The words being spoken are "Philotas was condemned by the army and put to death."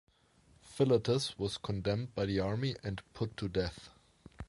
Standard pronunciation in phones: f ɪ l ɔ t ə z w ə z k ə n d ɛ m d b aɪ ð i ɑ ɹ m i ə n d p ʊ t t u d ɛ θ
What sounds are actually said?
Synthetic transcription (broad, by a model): f ɪ l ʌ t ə s w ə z k ə n d ɛ m d b aɪ ð i ɑ ɹ m i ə n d p ʊ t t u d ɛ θ